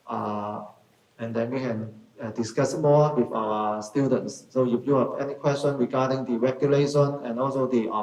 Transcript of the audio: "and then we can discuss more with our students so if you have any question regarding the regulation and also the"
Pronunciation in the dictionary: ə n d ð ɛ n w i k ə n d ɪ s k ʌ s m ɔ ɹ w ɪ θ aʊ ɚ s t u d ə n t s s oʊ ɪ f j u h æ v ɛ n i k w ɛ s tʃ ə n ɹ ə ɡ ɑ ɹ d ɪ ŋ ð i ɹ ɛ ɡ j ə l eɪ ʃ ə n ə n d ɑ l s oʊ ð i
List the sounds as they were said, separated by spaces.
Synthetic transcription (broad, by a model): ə n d ɛ n w i k ə n d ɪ s k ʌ s m ɔ w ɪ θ aʊ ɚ s t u d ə n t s s oʊ j u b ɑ p ɛ n i k w ɛ s tʃ ə n ɹ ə ɡ ɑ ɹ d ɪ ŋ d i ɹ ɛ ɡ j ə l eɪ ʃ ə n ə n ɑ l s oʊ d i